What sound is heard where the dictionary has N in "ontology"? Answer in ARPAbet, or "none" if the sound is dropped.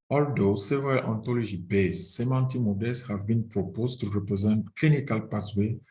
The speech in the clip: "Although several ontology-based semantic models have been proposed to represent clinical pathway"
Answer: N